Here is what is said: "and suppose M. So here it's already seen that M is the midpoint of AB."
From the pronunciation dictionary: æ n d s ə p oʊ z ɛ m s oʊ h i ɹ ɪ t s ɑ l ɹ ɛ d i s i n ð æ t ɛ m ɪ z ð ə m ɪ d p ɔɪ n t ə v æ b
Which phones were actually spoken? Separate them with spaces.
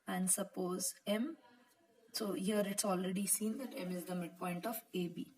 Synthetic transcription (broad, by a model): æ n d s ə p oʊ z ɛ m s oʊ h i ɹ ɪ t s ɑ l ɹ ɛ d i s i n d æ t ɛ m ɪ z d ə m ɪ d p ɔɪ n t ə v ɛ b